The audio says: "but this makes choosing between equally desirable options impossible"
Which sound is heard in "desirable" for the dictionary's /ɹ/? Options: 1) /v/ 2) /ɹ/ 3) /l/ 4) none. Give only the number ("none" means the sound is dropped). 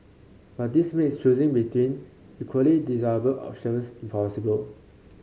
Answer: 4